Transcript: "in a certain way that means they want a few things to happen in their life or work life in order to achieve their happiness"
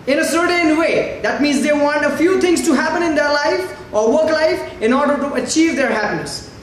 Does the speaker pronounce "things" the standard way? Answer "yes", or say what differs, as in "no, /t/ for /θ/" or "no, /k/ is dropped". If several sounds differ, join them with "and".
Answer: no, /t/ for /θ/